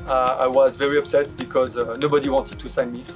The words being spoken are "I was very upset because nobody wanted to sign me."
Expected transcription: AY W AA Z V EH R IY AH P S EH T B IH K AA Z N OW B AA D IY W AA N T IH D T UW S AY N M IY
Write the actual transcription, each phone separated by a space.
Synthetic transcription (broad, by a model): AY W AA Z V EH R IY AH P S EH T B IH K AA Z N OW B AA D IY W AA N T IH D T UW S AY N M IY